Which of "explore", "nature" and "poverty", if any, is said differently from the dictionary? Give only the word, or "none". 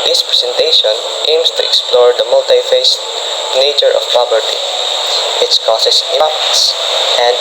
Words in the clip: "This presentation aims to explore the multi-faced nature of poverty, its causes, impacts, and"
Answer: poverty